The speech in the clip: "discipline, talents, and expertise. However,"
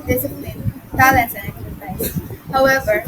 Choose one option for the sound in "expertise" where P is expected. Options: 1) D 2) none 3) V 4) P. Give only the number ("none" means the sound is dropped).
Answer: 2